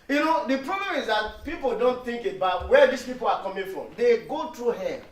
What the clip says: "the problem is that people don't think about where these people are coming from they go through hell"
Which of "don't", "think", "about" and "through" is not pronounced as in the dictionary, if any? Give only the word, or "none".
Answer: through